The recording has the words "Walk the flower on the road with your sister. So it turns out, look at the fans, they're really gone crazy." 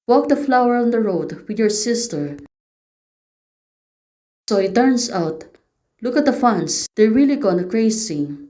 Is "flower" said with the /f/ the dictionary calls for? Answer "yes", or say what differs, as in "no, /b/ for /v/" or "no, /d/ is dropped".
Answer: yes